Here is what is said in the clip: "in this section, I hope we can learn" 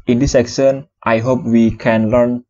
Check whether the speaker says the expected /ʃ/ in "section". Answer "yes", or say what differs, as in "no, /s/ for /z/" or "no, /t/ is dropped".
no, /s/ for /ʃ/